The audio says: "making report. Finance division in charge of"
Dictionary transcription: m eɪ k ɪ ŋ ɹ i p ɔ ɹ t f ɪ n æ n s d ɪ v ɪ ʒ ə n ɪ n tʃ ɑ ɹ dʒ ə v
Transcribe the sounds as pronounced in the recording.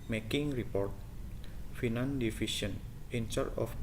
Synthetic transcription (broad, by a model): m eɪ k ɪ ŋ ɹ i p ɔ ɹ t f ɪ n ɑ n d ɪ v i ʃ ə n ɪ n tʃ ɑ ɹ ə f